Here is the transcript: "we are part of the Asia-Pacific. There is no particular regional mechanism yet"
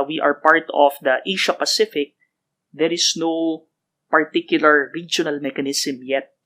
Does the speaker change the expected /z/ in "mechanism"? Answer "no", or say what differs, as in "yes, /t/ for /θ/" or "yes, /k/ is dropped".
yes, /s/ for /z/